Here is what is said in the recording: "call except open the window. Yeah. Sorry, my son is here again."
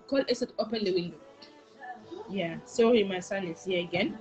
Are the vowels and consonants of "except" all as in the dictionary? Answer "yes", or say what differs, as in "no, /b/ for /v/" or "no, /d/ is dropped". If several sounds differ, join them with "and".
no, /k/ is dropped and /p/ is dropped